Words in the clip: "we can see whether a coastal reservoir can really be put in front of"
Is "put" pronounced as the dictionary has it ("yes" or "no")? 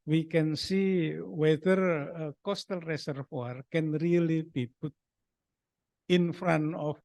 no